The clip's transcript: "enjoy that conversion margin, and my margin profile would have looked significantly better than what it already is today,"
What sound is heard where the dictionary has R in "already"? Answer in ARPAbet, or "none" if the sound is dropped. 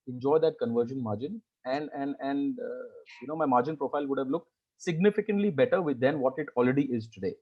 R